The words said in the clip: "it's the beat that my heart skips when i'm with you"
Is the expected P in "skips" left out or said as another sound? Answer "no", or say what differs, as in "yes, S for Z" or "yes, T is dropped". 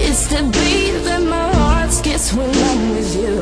yes, P is dropped